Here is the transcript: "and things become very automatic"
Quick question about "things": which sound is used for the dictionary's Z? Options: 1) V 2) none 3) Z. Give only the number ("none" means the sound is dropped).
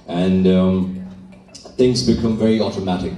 3